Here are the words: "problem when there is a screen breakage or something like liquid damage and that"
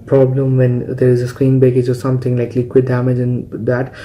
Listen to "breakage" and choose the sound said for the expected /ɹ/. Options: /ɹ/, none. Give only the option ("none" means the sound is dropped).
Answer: none